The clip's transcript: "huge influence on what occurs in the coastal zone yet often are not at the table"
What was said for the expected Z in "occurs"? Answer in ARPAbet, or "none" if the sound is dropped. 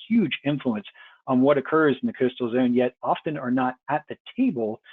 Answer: Z